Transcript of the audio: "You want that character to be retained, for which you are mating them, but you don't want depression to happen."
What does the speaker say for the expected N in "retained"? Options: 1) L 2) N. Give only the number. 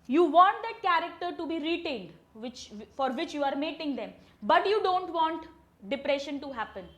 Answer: 1